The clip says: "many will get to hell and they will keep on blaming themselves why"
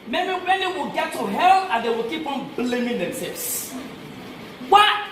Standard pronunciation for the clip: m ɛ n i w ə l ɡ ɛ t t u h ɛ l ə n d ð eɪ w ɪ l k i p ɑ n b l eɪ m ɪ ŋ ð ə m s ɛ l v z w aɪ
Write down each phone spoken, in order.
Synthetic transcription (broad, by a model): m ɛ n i w ə l ɡ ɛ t t u h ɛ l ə n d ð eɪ w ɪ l k i p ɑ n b l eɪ m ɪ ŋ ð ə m s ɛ v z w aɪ